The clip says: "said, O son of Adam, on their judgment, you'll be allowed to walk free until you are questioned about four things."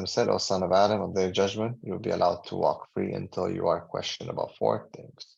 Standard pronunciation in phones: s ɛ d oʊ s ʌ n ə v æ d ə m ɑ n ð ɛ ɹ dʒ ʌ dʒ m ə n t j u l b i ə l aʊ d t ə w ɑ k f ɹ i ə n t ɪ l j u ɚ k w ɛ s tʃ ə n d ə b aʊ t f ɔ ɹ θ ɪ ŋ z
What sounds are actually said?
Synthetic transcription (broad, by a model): s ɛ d oʊ s ʌ n ə v æ d ə m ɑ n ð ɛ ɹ dʒ ʌ dʒ m ə n t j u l b i ə l aʊ d t ə w ɑ k f ɹ i ə n t ɪ l j u ɚ k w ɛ s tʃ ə n ə b aʊ t f ɔ ɹ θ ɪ ŋ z